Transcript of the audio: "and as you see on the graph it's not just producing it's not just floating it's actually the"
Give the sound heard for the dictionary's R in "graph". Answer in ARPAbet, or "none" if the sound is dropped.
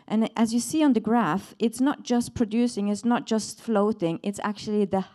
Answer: R